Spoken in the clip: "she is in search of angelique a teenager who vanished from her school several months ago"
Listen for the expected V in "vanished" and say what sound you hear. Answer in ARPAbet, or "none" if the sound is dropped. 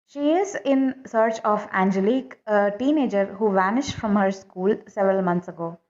V